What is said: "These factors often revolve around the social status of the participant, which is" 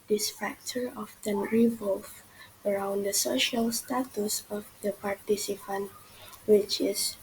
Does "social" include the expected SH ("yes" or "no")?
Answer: yes